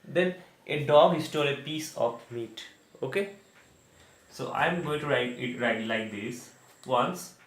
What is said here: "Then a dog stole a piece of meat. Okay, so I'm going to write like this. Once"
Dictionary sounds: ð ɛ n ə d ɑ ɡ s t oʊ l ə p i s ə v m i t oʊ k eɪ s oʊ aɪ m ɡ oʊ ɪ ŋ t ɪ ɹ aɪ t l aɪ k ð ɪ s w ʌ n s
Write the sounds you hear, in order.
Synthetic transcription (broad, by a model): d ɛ n ə d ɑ ɡ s t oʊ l ə p i s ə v m i t oʊ k eɪ s oʊ aɪ m ɡ oʊ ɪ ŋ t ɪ ɹ aɪ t l aɪ k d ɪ s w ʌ n s